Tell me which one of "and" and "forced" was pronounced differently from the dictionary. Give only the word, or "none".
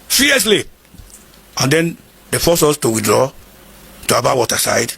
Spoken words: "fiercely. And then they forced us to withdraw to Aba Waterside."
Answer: forced